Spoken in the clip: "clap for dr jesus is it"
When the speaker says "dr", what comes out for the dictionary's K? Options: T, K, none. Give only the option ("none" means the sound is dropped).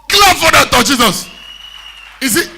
none